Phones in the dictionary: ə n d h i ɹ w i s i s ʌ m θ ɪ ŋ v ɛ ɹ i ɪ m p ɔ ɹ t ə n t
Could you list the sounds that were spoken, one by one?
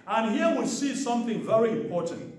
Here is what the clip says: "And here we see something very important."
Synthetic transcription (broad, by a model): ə n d h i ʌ w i s i s ʌ m θ ɪ ŋ v ɛ ɹ i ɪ m p ɔ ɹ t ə n t